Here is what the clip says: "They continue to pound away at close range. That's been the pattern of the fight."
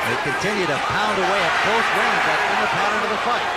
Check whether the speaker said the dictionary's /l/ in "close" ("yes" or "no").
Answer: no